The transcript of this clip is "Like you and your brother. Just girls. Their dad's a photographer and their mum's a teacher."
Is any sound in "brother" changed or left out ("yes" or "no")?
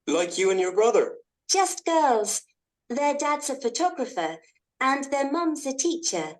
no